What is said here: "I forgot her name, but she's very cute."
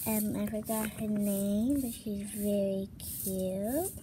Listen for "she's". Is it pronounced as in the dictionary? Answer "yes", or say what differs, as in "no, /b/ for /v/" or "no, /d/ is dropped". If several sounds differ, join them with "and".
yes